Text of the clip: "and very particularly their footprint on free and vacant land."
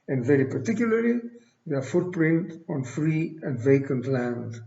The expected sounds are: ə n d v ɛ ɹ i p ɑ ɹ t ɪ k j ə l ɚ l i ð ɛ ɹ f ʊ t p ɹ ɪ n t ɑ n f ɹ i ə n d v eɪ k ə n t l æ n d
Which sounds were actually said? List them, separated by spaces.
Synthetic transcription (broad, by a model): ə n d v ɛ ɹ i p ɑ ɹ t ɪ k j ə l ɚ l i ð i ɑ f ʊ t p ɹ ɪ n t ɑ n f ɹ i ə n d v eɪ k ə n t l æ n d